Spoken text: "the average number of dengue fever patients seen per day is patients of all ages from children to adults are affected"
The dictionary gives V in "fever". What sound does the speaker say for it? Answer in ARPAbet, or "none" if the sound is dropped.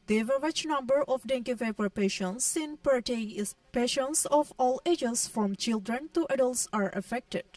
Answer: P